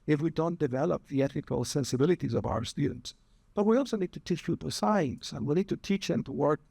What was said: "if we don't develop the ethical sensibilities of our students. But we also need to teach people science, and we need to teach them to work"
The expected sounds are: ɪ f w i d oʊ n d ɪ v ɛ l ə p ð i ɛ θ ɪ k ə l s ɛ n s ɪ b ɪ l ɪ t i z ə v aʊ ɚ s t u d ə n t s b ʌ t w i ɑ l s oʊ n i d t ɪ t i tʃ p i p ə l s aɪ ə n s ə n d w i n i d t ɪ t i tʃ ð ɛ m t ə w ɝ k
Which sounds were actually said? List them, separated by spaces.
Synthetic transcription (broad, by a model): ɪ f w i d oʊ n d ɪ v ɛ l ə p ð i ɛ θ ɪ k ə l s ɛ n s ɪ b ɪ l ɪ t i z ə v aʊ ɚ s t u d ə n t s b ʌ t w i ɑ l s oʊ n i d t ɪ t i tʃ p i p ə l s aɪ ə n s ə n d w i n i d t ɪ t i tʃ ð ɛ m t ə w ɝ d